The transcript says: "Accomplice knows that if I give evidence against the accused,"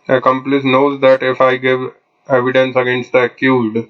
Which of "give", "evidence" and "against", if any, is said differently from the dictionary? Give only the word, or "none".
none